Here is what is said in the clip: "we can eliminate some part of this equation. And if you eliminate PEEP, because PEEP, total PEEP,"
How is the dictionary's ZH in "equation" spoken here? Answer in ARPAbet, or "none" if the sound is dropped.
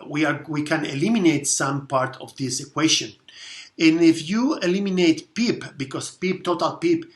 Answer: SH